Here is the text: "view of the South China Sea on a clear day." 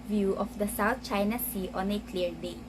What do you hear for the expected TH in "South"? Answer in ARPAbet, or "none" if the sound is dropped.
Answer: T